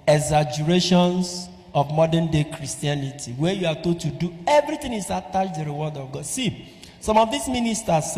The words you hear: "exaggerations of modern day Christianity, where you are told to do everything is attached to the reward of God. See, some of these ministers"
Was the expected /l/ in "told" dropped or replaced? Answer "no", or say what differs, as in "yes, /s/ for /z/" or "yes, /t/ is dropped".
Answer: yes, /l/ is dropped